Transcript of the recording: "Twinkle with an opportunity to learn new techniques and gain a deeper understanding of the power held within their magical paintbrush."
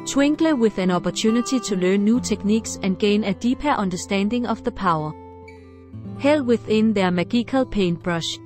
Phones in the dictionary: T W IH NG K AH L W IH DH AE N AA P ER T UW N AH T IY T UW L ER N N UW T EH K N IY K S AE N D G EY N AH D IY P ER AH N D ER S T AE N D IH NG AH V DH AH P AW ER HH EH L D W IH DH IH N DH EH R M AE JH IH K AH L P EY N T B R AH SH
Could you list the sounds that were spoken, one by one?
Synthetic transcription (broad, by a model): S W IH NG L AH W IH DH AE N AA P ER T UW N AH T IY S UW L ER N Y UW S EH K N IY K S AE N G EY N AH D IY P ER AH N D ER S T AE N D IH NG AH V DH AH P AW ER HH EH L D W IH DH IH N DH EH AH M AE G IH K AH L P EY N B R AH SH